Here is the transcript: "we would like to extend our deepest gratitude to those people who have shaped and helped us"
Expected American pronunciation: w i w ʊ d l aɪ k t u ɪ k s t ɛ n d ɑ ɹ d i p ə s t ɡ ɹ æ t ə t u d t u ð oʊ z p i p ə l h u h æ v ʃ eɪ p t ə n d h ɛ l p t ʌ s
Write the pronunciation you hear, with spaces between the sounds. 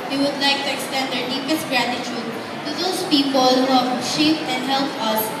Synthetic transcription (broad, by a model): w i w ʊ d l aɪ k t u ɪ k s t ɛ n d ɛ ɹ d i p ə s t ɡ ɹ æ t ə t u d t u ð oʊ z p i p ə l h u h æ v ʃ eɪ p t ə n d h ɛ l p ʌ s